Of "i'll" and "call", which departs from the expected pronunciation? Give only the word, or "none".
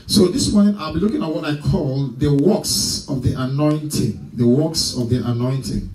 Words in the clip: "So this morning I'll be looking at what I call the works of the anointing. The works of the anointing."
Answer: none